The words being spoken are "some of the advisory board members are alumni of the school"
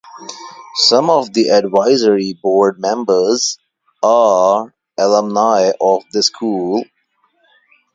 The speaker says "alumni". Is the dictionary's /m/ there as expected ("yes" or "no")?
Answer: yes